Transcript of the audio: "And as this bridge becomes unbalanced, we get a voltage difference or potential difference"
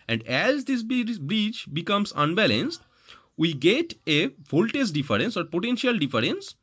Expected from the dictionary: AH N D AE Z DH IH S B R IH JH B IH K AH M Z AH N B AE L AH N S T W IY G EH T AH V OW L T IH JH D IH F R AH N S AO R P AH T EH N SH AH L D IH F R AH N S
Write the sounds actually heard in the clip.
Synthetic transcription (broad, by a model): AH N D AE Z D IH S B R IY CH B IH K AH M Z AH N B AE L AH N S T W IY G EH T AH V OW L T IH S D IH F R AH N S AO R P AH T EH N SH AH L D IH F R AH N S